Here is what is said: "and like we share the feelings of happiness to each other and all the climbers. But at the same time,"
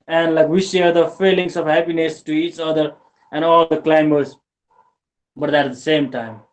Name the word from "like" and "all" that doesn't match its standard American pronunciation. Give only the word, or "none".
none